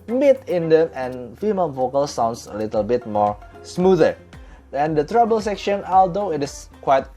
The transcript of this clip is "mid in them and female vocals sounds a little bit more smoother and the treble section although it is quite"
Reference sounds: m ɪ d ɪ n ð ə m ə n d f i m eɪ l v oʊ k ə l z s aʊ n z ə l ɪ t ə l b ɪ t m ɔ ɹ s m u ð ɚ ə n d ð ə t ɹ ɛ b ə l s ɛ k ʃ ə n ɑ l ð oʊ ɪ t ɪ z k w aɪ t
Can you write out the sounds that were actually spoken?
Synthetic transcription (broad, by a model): m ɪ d ɪ n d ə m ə n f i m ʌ n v oʊ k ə l s aʊ n s ə l ɪ t ə l b ɪ t m ɔ ɹ s m u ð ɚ ə n d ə t ɹ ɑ b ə l s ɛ k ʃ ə n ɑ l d oʊ ɪ t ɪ s k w aɪ t